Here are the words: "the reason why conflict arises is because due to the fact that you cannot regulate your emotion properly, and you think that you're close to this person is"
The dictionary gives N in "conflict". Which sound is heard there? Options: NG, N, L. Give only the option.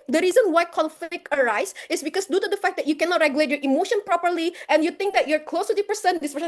L